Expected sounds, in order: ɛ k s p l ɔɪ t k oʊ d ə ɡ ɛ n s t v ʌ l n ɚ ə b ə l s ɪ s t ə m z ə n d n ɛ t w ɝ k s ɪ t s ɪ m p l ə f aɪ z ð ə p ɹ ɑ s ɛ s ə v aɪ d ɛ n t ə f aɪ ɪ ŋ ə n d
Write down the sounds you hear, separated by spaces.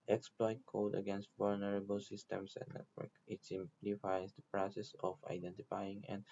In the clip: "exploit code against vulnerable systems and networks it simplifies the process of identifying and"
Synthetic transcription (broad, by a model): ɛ k s p l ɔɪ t k oʊ d ə ɡ ɛ n s t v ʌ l n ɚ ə b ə l s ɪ s t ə m s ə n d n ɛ t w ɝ k ɪ t s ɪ m p l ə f aɪ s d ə p ɹ ɑ s ɛ s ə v aɪ d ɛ n t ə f aɪ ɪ ŋ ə n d